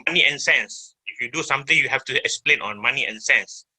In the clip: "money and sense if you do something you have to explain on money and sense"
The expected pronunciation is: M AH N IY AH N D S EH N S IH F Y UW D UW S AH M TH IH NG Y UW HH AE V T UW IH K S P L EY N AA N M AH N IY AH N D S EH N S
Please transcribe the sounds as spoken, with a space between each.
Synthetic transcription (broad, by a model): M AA N IY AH N S EH N S IH F Y UW D UW S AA M T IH NG Y UW HH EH F T UW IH K S P L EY N AA N M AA N IY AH N S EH N S